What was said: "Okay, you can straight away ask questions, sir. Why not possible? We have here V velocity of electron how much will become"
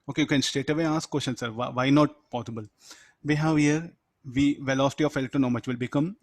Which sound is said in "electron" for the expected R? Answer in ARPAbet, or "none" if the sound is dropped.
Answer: none